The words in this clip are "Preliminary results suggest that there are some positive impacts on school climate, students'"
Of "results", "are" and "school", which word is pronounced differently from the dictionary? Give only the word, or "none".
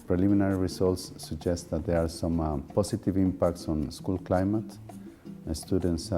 results